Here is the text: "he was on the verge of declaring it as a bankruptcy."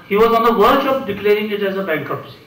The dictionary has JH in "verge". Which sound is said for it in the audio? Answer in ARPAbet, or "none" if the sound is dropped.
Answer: SH